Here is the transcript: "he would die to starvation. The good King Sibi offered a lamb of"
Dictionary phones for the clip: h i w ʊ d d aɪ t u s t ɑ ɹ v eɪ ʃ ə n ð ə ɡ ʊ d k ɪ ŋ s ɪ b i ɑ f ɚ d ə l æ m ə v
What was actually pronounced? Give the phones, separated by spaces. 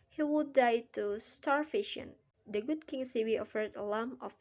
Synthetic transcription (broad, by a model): h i w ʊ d d aɪ t u s t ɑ ɹ f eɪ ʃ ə n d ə ɡ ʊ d k ɪ ŋ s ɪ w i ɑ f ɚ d ə l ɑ m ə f